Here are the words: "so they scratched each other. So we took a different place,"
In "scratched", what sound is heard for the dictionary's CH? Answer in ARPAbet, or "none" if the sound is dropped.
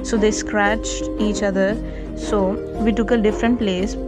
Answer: CH